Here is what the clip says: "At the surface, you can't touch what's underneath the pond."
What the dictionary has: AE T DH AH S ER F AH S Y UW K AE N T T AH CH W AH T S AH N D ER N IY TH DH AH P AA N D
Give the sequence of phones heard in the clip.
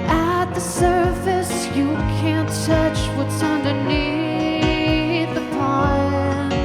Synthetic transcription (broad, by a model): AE T DH AH S ER F AH S Y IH K AE N T S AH CH W AH T S AH N D ER N IY TH DH AH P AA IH